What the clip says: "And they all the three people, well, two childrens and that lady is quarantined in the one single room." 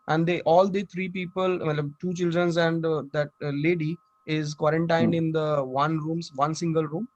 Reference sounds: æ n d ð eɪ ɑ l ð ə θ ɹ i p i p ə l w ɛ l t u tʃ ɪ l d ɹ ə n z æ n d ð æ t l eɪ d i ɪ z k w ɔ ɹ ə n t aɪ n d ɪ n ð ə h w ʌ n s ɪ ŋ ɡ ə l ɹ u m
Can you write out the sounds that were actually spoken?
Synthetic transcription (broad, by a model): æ n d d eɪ ɑ l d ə t ɹ i p i p ə l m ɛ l t u tʃ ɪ l d ɹ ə n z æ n d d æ t l eɪ d i ɪ z k w ɔ ɹ ə n t aɪ n d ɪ n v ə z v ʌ n s ɪ ŋ ɡ ə l ɹ u m